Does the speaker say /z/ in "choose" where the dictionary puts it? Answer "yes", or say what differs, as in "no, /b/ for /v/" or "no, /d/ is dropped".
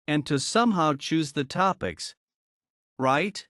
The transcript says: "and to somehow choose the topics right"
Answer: yes